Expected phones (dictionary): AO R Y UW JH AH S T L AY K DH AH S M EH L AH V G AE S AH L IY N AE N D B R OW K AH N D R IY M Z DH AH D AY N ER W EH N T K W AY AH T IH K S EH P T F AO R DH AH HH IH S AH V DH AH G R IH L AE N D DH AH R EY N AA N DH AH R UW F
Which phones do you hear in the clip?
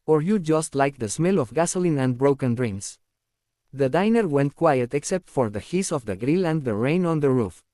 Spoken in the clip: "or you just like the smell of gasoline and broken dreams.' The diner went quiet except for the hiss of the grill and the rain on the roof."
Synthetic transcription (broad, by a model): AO R Y UW JH AH S T L AY K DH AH S M EH L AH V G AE S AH L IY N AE N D B R OW K AH N D R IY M S DH AH D AY N ER W EH N T K W AY AH T IH K S EH P T F AO R DH AH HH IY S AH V DH AH G R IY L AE N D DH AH R EY N AA N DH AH R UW F